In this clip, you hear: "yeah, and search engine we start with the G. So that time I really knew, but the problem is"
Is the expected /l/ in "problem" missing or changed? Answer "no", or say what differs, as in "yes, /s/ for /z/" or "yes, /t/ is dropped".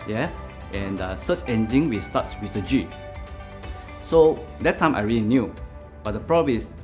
yes, /l/ is dropped